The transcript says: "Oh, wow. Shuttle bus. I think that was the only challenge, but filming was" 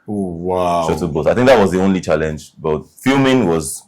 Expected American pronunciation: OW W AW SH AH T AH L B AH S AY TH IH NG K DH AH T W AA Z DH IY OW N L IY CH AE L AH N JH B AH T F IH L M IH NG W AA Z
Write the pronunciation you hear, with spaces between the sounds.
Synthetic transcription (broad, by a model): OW W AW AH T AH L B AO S AY TH IH NG K DH AH T W AA Z DH IY OW N L IY CH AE L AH N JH B AH T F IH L M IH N W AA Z